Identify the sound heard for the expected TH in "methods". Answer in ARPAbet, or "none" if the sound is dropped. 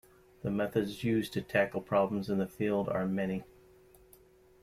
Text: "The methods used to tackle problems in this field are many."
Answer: TH